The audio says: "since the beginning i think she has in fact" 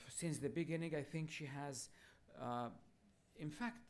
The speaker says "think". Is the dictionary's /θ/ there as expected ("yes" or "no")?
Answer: yes